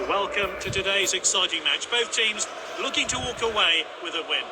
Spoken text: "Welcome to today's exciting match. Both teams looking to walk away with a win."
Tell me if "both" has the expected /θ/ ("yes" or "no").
yes